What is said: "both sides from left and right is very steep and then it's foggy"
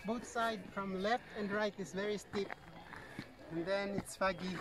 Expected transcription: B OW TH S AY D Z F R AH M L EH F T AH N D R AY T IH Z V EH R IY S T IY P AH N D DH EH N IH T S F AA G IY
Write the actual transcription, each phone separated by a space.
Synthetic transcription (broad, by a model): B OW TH S AY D F R AH M L EH F T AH N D R AY T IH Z V EH R IY S T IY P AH N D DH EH N IH T S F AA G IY